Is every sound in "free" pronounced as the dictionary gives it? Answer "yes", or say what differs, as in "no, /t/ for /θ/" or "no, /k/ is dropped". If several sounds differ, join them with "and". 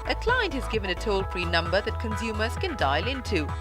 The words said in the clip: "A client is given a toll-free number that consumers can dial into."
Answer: no, /p/ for /f/